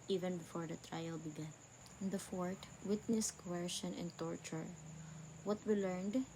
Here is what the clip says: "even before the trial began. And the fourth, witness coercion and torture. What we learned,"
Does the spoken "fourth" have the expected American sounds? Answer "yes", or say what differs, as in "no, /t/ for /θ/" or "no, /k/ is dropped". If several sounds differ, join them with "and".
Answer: no, /t/ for /θ/